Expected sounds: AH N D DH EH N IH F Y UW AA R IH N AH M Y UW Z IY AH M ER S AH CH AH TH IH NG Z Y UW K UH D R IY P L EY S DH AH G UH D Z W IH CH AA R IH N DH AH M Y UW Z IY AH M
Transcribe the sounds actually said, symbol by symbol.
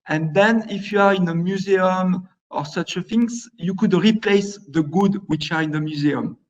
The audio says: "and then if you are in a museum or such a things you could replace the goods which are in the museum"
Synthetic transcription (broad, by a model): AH N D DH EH N IH F Y UW AA R IH N AH M Y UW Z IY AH M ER S AH CH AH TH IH NG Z Y UW K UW D R IY P L EY S DH AH G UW D W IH CH AA R IH N DH AH M Y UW Z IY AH M